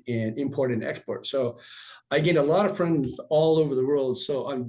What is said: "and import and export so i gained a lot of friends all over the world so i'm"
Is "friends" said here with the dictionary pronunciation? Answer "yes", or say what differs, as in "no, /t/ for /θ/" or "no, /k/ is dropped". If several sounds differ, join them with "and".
yes